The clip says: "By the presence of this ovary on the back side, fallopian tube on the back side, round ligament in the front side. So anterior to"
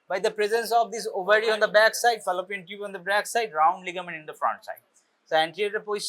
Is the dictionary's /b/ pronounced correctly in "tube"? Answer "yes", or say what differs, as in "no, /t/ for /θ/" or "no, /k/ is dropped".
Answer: no, /b/ is dropped